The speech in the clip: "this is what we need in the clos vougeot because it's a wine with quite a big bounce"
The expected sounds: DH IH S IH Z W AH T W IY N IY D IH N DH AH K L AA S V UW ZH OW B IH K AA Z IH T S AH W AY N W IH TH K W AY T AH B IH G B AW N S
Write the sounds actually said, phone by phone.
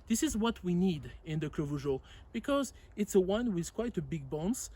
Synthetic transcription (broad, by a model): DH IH S IH Z W AH T W IY N IY D IH N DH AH K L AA V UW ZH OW B IH K AA Z IH T S AH W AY N W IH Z K W AY T AH B IH G B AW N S